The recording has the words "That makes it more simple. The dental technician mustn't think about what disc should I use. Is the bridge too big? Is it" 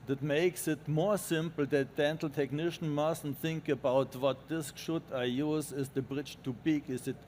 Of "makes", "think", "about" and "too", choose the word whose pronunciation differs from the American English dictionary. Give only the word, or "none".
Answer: none